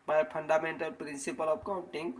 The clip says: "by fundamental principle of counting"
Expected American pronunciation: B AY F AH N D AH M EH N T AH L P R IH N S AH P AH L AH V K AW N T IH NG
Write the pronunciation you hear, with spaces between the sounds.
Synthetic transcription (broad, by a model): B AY P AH N D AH M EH N T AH L P R IH N S AH P AH L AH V K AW N T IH NG